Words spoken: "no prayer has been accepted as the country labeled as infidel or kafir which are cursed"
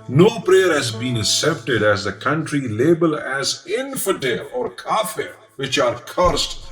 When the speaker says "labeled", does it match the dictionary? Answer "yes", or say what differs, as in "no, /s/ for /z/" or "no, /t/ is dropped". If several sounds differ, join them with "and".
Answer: no, /d/ is dropped